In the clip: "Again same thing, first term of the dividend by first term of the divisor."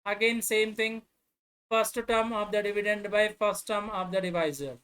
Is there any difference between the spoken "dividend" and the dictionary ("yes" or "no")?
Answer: no